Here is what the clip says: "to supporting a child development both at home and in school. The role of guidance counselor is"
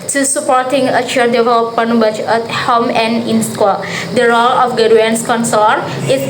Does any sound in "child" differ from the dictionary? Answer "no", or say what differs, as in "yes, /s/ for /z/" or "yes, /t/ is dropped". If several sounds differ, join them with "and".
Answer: yes, /l/ is dropped